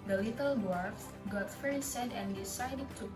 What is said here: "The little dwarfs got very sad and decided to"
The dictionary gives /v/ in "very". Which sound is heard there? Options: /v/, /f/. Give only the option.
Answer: /f/